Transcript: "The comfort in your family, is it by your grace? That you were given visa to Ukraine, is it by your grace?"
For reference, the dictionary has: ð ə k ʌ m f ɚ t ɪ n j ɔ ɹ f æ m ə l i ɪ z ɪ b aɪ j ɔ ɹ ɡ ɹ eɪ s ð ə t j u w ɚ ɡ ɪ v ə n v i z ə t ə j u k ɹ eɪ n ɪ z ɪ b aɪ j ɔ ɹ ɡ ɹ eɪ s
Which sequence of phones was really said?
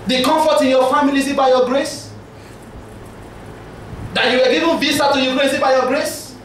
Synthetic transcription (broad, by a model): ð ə k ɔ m f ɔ t ɪ n j ɔ f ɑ m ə l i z ɪ b aɪ j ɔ ɡ ɹ eɪ s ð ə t j u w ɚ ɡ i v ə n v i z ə t ə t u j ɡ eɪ ɪ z ɪ b aɪ j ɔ ɡ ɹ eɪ s